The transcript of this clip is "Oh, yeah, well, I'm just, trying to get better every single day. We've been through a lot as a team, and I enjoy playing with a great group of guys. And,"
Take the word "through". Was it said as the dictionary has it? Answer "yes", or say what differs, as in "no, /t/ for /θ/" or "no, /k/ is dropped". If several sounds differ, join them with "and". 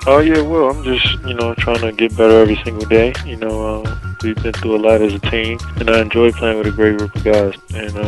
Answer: no, /ɹ/ is dropped